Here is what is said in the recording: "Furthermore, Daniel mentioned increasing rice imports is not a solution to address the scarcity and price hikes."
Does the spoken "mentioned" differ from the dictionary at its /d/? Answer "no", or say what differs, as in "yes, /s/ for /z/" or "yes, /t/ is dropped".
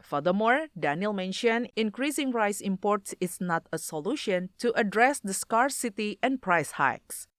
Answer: yes, /d/ is dropped